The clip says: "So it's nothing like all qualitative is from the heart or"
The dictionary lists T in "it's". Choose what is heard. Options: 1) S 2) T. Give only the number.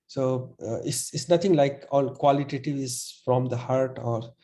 1